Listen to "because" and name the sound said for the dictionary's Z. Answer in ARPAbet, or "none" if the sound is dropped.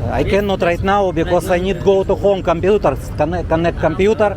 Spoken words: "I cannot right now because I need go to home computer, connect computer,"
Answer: S